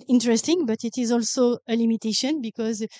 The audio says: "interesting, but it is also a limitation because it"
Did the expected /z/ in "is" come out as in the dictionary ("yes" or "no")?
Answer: yes